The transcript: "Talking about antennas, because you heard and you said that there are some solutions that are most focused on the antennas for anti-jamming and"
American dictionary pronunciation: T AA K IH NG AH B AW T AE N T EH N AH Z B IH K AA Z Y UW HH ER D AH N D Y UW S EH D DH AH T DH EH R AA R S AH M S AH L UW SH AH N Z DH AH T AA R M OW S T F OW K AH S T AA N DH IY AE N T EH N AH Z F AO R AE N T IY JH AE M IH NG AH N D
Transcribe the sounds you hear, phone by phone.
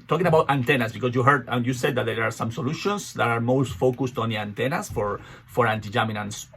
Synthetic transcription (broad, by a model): T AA K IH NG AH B AW T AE N T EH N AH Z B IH K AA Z Y UW HH ER D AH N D Y UW S EH D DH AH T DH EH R AA R S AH M S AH L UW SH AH N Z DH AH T AA R M OW S T F OW K AH S T AA N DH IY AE N T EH N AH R F AO R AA N T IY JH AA M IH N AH N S